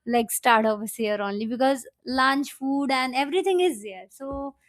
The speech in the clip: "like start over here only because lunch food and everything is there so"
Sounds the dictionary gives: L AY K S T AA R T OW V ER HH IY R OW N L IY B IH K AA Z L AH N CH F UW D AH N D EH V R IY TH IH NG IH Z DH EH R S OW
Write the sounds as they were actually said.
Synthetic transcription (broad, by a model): L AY K S T AA R T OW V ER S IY R OW N L IY B IH K AA Z L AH N CH F UW D AH N D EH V R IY T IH NG IH Z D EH R S OW